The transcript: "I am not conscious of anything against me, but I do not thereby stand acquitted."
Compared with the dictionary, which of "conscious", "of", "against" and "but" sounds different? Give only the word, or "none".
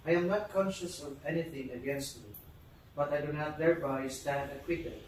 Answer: none